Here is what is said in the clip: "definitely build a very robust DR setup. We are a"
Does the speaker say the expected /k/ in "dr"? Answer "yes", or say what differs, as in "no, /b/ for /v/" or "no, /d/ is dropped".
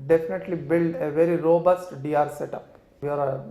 no, /k/ is dropped